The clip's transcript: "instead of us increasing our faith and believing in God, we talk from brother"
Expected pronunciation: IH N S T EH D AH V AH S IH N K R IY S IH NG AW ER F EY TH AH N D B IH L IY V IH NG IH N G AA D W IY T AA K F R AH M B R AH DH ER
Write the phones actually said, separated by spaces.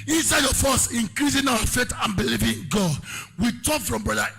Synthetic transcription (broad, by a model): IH N S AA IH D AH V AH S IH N K R IY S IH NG AW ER F EY T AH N B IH L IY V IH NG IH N G AA D W IY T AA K F R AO M B R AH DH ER